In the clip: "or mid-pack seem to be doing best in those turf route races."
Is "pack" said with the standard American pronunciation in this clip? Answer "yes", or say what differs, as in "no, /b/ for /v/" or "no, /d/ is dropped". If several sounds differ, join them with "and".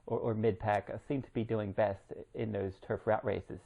yes